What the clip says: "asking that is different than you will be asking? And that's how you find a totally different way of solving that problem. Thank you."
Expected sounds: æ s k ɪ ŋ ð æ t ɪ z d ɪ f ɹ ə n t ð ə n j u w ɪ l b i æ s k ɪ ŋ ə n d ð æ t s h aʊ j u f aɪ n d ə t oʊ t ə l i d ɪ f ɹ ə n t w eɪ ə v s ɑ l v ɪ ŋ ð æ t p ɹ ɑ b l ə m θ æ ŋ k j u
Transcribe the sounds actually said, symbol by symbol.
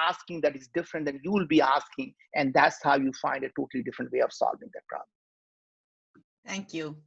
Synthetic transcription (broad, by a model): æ s k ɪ ŋ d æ t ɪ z d ɪ f ɹ ə n t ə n j u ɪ l b i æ s k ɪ ŋ ə n d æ t s h aʊ j u f aɪ n d ə t oʊ t ə l i d ɪ f ɹ ə n t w eɪ ə v s ɑ l v ɪ ŋ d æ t p ɹ ɑ b l ə m t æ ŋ k j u